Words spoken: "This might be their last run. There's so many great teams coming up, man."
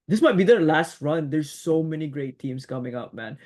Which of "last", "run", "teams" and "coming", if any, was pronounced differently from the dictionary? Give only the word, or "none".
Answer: teams